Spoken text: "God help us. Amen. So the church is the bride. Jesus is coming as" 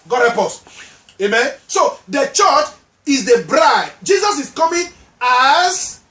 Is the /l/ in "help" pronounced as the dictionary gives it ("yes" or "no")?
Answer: no